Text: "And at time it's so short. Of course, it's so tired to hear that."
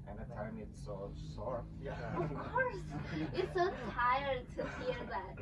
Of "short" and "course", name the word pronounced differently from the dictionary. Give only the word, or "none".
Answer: short